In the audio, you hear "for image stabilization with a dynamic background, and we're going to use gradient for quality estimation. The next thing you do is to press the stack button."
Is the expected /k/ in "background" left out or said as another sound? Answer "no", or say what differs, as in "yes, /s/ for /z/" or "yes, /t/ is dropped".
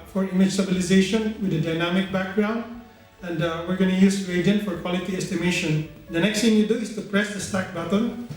no